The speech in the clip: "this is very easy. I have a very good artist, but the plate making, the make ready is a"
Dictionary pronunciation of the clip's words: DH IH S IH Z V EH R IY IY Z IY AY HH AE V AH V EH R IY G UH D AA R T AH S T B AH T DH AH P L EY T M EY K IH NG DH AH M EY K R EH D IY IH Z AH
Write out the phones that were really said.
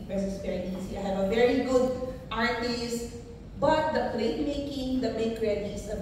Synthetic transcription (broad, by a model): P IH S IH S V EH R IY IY S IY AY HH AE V AH V EH R IY G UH D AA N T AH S B AH T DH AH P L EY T M EY K IH NG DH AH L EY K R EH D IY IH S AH